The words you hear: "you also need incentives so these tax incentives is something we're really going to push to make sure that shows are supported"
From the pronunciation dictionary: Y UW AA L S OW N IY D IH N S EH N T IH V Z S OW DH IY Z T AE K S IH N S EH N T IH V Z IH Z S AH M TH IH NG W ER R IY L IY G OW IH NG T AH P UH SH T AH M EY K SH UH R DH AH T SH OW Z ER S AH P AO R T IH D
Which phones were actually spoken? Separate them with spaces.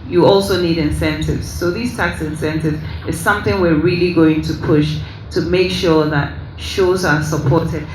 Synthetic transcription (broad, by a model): Y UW AA L S OW N IY D IH N S EH N T IH V Z S OW DH IY Z T AE K S IH N S EH N T IH V Z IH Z S AH M TH IH NG W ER R IY L IY G OW IH NG T AH P UH SH T AH M EY K SH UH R DH AH T SH OW Z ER S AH P AO R T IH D